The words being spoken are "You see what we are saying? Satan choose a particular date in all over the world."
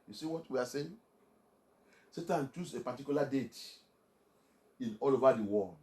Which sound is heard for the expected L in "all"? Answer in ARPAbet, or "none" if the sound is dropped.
L